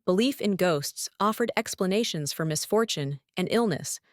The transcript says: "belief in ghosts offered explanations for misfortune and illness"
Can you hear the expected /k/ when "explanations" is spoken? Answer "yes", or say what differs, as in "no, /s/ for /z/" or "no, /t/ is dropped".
yes